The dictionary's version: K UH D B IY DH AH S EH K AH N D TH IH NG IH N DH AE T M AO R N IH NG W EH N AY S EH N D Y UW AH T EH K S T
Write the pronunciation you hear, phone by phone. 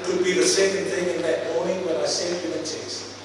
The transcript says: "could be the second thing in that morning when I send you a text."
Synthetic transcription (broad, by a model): K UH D B IY DH AH S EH K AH N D TH IH NG IH N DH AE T M AO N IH NG W EH N AY S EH D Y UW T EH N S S